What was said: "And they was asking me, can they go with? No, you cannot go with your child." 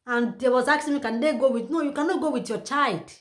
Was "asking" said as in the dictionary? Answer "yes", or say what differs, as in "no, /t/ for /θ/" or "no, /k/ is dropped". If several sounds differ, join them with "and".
no, /s/ is dropped